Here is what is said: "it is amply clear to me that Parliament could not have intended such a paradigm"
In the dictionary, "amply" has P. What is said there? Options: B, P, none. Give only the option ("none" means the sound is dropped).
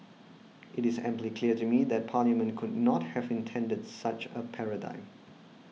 P